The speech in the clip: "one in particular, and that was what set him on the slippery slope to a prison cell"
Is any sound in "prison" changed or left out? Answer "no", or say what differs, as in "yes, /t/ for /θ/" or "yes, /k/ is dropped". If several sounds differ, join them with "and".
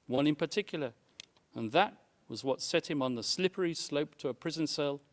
no